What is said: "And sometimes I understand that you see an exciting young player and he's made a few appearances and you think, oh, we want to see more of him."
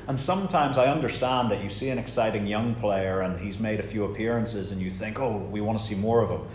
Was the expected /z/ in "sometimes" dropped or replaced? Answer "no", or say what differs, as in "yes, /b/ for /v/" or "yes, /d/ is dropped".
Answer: no